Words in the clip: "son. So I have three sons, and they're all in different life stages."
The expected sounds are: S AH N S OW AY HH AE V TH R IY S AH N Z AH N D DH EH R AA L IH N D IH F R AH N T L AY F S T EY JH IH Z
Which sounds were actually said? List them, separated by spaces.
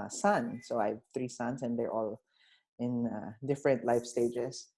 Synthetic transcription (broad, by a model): S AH N S OW AY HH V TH R IY S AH N S AH N D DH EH R AA L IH N D IH F R AH N T L AY F S T EY JH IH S